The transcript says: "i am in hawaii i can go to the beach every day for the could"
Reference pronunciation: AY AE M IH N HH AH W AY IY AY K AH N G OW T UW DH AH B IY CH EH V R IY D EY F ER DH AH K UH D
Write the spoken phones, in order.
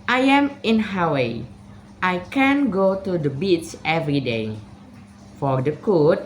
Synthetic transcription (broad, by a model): AY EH M IH N HH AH W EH AY K AH N G OW T UW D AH B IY S EH V R IY D EY F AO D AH K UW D